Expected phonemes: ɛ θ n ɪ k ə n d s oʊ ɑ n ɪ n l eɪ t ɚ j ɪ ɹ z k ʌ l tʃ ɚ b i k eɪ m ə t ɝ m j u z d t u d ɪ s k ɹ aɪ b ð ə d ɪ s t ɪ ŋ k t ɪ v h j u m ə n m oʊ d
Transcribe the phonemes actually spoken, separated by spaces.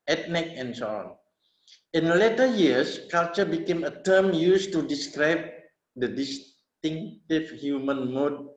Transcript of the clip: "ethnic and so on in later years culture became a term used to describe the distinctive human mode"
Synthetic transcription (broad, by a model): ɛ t n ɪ k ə n s oʊ ɑ n ɪ n l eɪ t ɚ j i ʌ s k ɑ l tʃ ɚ b i k eɪ m ə t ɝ m j u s t u d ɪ s k ɹ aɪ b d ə d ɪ s t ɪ ŋ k t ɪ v h j u m ə n m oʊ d